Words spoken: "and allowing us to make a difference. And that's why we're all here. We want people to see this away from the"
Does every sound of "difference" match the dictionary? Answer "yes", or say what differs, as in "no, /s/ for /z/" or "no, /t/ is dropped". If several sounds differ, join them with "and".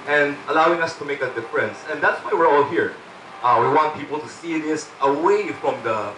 yes